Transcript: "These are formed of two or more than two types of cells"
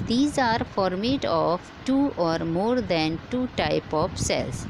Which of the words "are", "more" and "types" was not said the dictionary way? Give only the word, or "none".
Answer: types